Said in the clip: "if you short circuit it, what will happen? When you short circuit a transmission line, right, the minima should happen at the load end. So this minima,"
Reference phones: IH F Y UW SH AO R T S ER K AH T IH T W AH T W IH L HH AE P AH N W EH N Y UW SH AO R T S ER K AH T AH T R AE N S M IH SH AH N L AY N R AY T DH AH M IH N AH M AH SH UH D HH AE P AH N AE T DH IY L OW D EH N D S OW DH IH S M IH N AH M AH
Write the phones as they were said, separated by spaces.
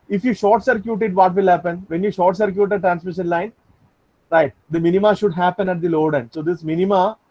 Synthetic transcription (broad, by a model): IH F Y UW SH AO R T S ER K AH T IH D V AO T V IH L HH AE P AH N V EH N Y UW SH AO R T S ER K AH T AH T R AE N S M IH SH AH N L AY N R AY T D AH M IH N AH M AH SH UH D HH AE P AH N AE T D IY L OW D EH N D S OW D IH S M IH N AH M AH